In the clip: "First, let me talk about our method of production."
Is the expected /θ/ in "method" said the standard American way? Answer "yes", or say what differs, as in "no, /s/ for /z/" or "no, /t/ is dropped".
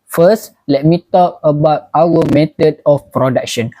no, /t/ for /θ/